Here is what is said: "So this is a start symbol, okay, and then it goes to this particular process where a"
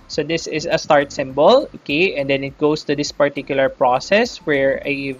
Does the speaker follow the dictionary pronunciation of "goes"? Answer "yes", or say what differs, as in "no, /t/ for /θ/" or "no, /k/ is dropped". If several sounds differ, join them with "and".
no, /s/ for /z/